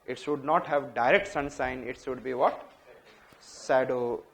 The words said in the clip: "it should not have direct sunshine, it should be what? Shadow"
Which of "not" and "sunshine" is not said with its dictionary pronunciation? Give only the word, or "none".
sunshine